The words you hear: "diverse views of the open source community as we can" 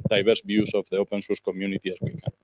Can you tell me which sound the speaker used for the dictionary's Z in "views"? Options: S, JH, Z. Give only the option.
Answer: S